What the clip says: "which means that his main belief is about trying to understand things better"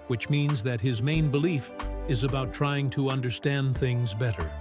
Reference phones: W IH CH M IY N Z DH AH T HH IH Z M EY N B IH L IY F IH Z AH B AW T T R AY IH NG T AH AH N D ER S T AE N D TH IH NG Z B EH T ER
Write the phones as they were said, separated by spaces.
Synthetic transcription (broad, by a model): W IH CH M IY N Z DH AH T HH IH Z M EY N B IH L IY F IH Z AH B AW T T R AY IH NG T AH AH N D ER S T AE N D TH IH NG Z B EH T ER